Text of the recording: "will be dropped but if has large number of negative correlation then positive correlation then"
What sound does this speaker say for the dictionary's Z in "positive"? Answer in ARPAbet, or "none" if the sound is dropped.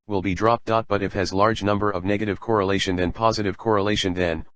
Z